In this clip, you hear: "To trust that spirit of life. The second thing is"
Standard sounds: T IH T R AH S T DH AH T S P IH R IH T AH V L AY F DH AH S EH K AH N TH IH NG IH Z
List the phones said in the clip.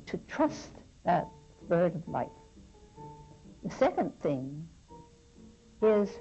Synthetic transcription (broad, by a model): T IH T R AH S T DH AH T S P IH R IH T AH V L AY F DH AH S EH K AH N TH IH NG IH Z